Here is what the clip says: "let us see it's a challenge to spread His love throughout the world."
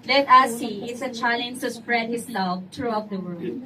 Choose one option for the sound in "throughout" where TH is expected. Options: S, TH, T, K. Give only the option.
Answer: T